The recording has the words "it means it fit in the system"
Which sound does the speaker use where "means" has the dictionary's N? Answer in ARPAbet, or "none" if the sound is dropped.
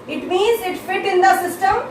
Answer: N